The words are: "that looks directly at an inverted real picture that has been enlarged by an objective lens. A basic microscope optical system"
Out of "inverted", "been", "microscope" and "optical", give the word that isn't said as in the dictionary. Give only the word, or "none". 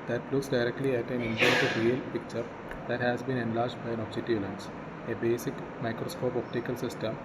inverted